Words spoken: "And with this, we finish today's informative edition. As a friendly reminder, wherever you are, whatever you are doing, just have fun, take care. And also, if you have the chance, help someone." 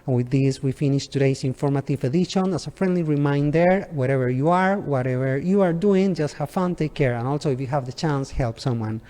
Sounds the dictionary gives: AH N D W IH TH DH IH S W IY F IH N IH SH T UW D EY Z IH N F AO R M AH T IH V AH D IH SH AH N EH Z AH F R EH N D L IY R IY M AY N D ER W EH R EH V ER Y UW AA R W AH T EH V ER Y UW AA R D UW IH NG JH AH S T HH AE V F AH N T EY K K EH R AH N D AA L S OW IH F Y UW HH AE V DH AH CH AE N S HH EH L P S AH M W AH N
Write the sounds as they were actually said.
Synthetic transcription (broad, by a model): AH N W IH DH IH S W IY F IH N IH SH T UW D EY S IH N F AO R M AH T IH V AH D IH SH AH N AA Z AH F R EH N D L IY R IY M AY N D ER W EH R EH V ER Y UW AA R W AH T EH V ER Y UW AA R D UW IH NG JH AH S T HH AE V F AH N T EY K K EH R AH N AA L S OW IH F Y UW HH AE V DH AH CH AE N S HH EH L P S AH M W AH N